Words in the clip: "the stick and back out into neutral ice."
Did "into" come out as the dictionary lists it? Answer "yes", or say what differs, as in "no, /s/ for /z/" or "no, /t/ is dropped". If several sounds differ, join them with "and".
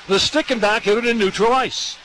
no, /n/ is dropped